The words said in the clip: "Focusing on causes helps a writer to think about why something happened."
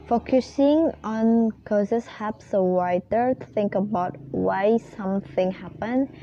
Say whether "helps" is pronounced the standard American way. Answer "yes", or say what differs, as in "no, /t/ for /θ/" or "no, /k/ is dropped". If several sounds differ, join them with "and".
no, /l/ is dropped